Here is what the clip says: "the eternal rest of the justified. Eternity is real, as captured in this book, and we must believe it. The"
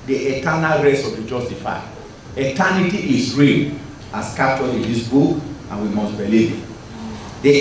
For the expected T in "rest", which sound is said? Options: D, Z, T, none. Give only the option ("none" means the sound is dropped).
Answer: none